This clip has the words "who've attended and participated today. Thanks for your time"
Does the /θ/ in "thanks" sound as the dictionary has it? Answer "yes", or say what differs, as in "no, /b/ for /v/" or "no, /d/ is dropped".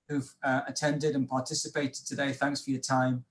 yes